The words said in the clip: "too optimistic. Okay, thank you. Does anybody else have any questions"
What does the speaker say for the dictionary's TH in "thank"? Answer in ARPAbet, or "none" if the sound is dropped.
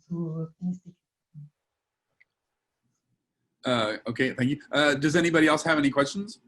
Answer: TH